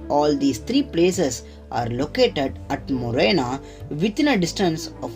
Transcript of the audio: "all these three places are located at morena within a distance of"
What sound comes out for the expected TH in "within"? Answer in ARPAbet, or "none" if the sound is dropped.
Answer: T